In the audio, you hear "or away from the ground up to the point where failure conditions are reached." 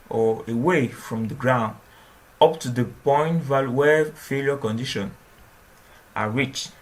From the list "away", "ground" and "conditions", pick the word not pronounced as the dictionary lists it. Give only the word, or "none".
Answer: conditions